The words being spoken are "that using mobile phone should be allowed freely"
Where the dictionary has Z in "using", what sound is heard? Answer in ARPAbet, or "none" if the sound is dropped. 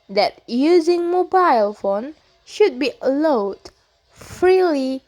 Z